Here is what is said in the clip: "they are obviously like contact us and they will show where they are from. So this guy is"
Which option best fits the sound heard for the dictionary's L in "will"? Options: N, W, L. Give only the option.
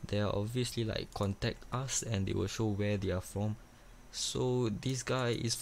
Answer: L